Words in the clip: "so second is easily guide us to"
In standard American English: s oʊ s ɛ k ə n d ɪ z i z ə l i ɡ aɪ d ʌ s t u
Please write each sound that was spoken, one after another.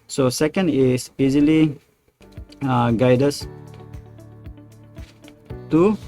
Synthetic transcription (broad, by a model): s oʊ s ɛ k ə n d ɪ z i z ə l i ɡ aɪ d ʌ s t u